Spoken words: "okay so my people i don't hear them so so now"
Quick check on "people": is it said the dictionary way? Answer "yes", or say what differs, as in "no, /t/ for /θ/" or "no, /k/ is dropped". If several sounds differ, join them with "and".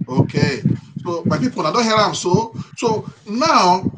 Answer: no, /n/ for /l/